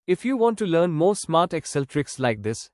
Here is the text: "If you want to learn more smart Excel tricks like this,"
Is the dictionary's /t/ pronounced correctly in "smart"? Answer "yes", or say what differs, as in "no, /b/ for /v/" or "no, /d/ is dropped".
yes